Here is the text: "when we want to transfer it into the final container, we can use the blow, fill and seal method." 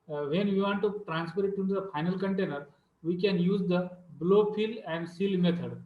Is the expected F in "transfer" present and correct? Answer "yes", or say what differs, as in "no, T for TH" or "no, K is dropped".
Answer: no, P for F